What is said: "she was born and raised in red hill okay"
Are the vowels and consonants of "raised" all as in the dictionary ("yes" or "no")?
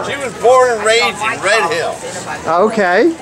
no